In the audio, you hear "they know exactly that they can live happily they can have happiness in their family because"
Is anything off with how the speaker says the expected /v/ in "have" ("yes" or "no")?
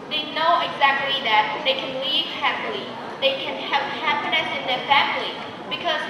yes